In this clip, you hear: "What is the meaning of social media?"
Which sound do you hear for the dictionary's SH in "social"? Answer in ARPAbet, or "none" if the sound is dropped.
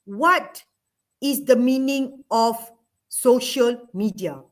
SH